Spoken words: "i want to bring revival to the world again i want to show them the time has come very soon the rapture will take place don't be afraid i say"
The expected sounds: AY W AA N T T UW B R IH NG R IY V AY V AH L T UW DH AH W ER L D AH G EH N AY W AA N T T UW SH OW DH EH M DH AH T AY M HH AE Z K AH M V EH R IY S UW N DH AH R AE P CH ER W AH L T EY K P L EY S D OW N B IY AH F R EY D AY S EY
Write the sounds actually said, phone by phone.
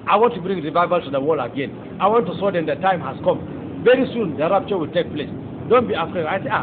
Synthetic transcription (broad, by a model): AY W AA N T T UW B R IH NG R IY V AY V AH L T UW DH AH W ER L AH G EH N AY W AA N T T UW S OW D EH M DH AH T AY M HH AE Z K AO M V EH R IY S UW N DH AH R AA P CH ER W AH L T EY K P L EY S D OW N B IY AH F R EY D AY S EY